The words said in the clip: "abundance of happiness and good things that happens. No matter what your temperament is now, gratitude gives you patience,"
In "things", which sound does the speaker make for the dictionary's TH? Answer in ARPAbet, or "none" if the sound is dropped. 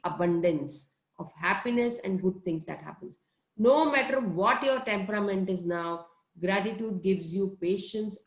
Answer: T